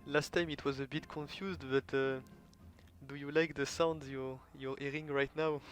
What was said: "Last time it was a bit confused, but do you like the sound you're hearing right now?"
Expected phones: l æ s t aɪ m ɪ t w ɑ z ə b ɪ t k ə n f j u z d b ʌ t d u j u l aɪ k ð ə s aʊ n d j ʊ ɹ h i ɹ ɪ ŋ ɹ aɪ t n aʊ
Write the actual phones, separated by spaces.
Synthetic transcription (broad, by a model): l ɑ s t aɪ m ɪ t w ɑ z ə b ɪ t k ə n f j u z d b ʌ t d u j u l aɪ k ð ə s aʊ n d j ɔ ɹ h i ɹ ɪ ŋ ɹ aɪ t n aʊ